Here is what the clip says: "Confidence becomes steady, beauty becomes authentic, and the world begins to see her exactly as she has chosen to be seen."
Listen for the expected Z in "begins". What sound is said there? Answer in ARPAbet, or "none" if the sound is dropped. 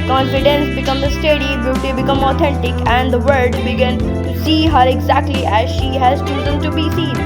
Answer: none